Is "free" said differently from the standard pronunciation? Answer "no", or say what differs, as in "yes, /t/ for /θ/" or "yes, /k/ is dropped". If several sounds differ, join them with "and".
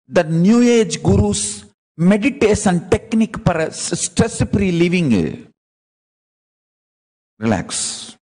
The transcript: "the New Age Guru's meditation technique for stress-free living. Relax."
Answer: yes, /p/ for /f/